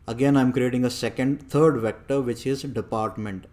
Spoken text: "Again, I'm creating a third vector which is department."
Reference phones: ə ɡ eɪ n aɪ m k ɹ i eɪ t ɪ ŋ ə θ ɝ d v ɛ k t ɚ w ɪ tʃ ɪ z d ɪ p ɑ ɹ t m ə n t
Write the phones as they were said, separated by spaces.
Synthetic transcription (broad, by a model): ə ɡ eɪ n aɪ m k ɹ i eɪ t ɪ ŋ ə t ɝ d v ɛ k t ɚ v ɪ tʃ ɪ z d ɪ p ɑ ɹ t m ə n t